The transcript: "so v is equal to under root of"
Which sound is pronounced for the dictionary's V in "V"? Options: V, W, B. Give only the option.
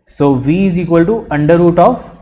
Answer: V